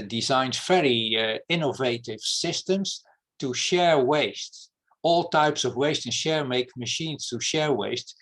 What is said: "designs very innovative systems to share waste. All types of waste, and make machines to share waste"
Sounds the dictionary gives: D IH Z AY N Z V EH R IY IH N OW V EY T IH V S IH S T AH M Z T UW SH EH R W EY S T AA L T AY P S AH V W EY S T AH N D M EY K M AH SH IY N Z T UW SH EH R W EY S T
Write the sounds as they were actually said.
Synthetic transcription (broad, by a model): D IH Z AY N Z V EH R IY IH N OW V EY T IH V S IH S T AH M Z T UW SH EH R W EY S T AA L T AY P S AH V W EY S T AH N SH M EY K M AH SH IY N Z T UW SH EH R W EY S T